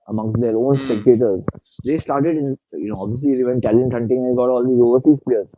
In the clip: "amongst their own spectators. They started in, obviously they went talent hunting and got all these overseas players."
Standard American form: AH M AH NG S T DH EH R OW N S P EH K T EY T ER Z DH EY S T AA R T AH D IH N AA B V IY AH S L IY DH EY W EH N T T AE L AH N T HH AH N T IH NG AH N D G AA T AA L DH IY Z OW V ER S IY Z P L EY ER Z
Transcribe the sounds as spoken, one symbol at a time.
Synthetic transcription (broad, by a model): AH M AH NG S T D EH R OW N S P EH K T EY T ER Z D EY S T AA R T AH D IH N AA B V IY AH S L IY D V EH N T T AE L AH N T HH AH N T IH NG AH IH G AA T AA L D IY OW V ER S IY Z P L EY ER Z